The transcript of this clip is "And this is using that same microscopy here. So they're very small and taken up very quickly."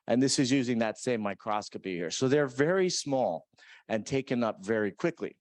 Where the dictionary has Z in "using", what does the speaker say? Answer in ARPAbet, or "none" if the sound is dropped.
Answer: Z